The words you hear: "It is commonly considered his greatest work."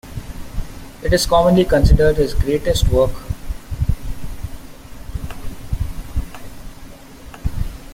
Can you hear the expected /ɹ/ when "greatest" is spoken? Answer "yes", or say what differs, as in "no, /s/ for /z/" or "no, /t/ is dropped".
yes